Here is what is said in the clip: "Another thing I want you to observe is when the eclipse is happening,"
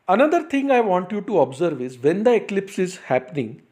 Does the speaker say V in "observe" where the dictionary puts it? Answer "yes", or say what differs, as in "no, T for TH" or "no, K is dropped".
yes